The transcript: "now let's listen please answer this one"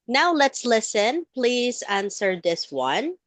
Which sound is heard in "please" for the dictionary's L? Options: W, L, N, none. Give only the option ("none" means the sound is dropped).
L